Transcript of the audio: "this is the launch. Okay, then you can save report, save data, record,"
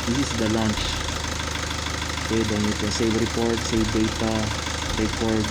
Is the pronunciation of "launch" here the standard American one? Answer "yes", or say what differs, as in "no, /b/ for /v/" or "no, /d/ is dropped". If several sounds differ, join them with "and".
yes